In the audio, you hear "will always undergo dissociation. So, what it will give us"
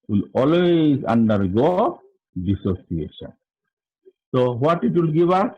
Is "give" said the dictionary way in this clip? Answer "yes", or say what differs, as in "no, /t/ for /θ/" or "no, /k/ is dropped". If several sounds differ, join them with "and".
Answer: no, /b/ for /v/